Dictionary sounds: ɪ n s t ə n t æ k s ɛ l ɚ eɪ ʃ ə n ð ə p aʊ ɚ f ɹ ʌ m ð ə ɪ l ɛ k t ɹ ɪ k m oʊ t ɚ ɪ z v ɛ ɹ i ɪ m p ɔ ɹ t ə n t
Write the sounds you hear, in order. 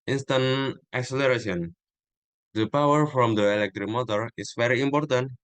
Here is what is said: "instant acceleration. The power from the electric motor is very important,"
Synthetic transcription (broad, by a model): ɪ n s t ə n t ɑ k s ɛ l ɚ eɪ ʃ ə n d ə p aʊ ɚ f ɹ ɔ m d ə ɪ l ɛ k t ɹ ɪ k m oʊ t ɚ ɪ s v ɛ ɹ i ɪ m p ɔ ɹ t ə n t